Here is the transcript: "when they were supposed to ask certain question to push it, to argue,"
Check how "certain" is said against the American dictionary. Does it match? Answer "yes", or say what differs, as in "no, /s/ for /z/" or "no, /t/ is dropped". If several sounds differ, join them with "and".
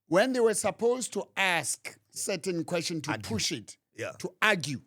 yes